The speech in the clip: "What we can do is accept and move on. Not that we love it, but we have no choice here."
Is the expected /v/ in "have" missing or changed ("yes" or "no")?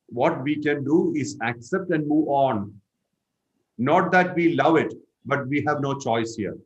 no